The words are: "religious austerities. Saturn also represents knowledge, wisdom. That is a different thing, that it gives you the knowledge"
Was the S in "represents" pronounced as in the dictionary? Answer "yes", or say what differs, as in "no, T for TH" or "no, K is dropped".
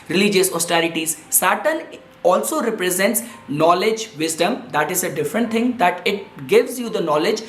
yes